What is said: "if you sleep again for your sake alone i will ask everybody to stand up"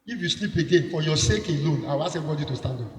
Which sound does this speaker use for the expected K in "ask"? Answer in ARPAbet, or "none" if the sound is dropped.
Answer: none